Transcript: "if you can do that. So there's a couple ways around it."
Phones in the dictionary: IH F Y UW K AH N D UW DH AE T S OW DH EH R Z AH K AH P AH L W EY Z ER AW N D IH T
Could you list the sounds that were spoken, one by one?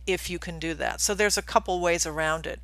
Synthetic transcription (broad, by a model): IH F Y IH K AH N D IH DH AE T S OW DH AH R Z AH K AH P L W EY Z ER AW N D IH T